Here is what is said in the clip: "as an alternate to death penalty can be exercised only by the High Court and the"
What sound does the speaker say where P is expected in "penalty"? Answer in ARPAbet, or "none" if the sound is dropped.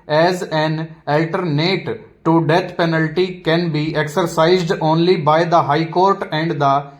P